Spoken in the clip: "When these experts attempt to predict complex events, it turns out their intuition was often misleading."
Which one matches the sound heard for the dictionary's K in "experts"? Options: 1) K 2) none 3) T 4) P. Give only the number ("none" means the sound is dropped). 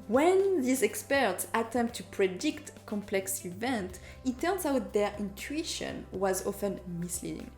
1